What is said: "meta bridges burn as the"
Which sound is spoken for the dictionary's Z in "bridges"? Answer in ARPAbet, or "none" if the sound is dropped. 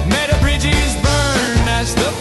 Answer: Z